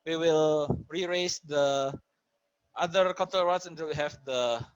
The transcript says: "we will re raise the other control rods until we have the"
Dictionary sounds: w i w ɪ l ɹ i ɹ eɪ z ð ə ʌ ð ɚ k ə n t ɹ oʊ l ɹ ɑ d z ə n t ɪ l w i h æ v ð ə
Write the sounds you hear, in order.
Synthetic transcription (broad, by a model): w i w ɪ l ɹ i ɹ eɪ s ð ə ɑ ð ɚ k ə t oʊ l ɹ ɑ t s ə n t ɪ l w i h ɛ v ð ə